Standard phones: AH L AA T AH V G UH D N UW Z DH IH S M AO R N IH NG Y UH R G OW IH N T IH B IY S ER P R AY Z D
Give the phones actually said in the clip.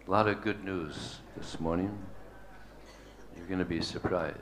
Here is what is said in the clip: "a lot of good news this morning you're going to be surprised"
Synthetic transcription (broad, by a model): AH L AA T AH V G UH D N UW Z DH IH S M AO R N IH NG Y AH R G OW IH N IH B IY S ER P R AY Z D